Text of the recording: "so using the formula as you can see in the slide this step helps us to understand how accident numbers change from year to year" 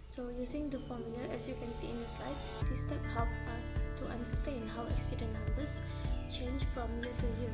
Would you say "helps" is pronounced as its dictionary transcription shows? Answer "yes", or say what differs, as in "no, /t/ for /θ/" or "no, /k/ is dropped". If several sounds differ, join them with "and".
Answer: no, /s/ is dropped